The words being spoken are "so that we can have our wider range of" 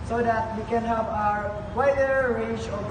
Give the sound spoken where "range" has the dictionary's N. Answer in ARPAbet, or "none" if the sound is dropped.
none